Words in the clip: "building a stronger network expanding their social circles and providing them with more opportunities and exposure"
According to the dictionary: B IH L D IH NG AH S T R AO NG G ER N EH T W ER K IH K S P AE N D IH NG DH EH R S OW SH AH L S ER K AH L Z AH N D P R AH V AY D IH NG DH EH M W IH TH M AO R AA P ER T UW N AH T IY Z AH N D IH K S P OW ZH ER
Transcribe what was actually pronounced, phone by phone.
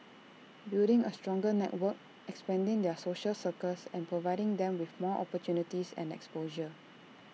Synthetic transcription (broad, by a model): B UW D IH NG AH S T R AO NG G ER N EH T W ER K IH K S P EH N D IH NG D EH S OW SH AH L S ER K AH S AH N P R AH V AY D IH NG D EH M W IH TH M AO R AA P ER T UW N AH T IY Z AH N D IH K S P OW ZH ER